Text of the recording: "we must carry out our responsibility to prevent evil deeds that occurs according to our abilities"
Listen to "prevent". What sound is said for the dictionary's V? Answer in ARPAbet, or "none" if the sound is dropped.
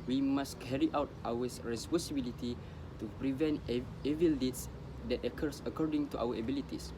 V